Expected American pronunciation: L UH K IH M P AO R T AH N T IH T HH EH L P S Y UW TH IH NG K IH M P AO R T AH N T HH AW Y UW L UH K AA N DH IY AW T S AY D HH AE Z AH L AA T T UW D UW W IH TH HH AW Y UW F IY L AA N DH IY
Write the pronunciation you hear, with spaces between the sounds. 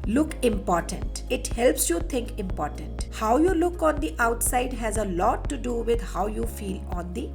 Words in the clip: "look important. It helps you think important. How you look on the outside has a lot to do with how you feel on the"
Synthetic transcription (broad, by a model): L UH K IH M P AO R T AH N T IH T HH EH L P S Y UW T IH NG K IH M P AO R T AH N T HH AW Y UW L UH K AA N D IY AW T S AY D HH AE Z AH L AA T T UW D UW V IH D HH AW Y UW F IY L AA N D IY